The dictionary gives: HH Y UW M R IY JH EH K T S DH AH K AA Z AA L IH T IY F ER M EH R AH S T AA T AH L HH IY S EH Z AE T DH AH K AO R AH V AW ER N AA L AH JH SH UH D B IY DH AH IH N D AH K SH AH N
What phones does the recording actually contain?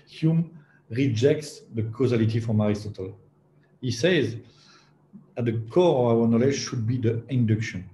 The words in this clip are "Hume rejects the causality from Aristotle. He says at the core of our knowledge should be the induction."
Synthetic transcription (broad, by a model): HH Y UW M R IY JH EH K T S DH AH K AA Z AA L IH T IY F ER M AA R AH S T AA T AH L HH IY S EH Z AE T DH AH K AO R AH V AW ER N AA L AH JH SH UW D B IY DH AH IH N D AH K SH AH N